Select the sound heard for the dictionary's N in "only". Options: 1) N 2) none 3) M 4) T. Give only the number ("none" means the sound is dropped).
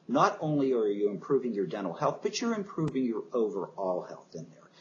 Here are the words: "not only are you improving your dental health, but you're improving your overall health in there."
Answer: 1